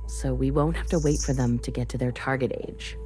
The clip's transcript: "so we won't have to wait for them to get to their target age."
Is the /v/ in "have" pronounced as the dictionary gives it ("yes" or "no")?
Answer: no